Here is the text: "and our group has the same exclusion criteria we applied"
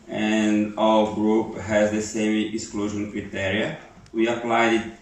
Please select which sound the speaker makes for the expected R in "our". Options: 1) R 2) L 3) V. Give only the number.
2